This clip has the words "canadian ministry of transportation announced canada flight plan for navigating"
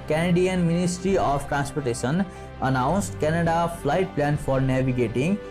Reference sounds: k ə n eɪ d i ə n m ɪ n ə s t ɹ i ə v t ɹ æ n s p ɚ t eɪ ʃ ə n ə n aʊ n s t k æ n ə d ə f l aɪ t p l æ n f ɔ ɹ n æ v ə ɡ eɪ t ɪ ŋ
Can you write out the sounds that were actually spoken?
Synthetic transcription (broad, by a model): k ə n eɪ d i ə n m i n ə s t ɹ i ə p t ɹ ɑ n s p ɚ t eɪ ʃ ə n ə n aʊ n s t k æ n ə d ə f l aɪ t p l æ n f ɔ ɹ n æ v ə ɡ eɪ t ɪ ŋ